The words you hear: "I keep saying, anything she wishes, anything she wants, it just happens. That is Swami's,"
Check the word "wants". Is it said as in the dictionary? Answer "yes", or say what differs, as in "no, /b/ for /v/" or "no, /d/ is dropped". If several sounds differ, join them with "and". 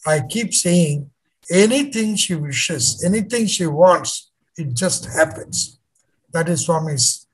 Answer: yes